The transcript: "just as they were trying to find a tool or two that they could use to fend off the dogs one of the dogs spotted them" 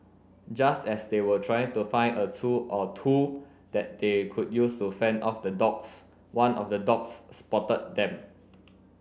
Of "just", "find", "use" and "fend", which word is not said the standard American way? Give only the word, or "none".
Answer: find